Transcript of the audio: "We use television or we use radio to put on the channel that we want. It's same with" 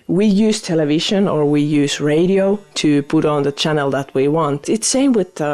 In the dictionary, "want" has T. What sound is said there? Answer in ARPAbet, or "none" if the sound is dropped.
T